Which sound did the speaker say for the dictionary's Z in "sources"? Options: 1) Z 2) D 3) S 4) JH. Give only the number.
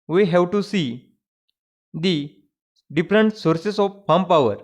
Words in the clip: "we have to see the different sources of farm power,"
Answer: 3